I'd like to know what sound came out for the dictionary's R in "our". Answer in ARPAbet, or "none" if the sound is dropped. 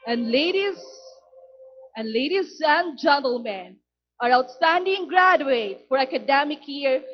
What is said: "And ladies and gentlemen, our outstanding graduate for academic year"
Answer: R